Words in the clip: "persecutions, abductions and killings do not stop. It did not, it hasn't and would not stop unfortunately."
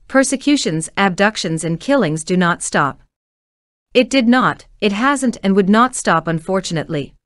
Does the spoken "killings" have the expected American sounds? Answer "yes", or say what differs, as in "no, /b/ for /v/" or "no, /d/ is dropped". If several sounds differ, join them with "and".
yes